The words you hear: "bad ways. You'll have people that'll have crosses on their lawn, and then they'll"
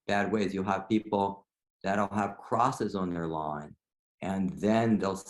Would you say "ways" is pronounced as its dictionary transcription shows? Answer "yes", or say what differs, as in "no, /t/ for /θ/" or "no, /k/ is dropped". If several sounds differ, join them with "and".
yes